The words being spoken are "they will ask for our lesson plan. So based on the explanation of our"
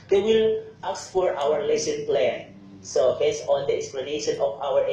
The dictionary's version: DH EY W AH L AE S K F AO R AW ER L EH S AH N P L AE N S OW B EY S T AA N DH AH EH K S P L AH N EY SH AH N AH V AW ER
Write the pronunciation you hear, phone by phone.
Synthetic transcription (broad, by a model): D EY W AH L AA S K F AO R AW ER L EH S AH N P L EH N S OW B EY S AA N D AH EH K S P L AH N EY SH AH N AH F AW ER